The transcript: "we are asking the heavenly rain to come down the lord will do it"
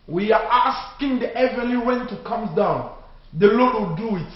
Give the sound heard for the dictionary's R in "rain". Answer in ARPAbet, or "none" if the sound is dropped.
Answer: W